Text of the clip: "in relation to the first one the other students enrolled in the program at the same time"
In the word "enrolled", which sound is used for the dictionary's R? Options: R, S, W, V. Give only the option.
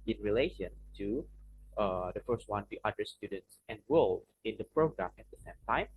W